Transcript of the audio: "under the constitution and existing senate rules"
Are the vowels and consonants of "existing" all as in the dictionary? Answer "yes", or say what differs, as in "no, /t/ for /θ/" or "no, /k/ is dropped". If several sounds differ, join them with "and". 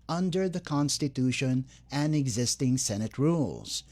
yes